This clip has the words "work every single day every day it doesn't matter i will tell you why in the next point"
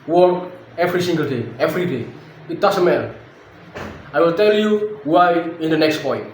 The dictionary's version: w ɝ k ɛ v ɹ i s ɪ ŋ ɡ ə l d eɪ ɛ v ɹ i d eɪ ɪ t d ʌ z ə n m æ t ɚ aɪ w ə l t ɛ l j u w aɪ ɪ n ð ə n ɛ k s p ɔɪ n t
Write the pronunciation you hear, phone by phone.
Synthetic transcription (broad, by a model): w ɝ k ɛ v ɹ i s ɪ ŋ ɡ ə l d eɪ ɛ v ɹ i d eɪ ɪ t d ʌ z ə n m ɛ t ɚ aɪ w ə l t ɛ l j u w aɪ ɪ n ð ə n ɛ k s p ɔɪ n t